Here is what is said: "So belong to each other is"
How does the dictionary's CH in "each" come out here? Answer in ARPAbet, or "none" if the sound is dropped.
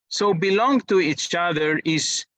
CH